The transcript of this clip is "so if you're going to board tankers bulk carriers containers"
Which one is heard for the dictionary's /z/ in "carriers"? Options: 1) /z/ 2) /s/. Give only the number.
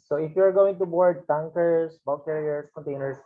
2